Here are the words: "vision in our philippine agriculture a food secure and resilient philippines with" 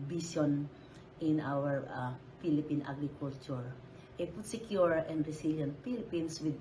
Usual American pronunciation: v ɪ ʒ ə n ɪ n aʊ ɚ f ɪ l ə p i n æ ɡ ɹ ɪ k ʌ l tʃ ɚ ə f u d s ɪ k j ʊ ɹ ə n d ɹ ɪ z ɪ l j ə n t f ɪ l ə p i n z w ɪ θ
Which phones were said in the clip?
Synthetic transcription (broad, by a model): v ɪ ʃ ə n ɪ n aʊ ɚ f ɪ l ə p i n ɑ ɡ ɹ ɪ k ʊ l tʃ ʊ ə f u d s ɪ k j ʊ ɹ ə n d ɹ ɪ s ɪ l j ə n t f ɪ l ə p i n s w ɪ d